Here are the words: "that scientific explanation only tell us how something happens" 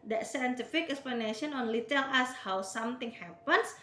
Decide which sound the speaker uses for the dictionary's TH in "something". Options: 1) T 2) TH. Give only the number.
1